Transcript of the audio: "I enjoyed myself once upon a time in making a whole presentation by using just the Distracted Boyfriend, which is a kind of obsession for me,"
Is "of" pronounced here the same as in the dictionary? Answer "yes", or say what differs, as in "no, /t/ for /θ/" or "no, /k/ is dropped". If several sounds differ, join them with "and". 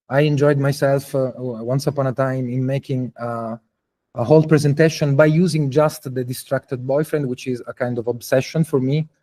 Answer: yes